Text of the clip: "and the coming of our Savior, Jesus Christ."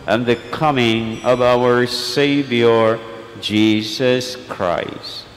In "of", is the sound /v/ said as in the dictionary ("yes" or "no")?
yes